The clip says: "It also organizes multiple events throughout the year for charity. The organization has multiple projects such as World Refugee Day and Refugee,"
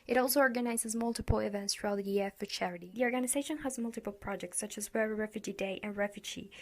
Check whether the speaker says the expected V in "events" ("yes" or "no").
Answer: yes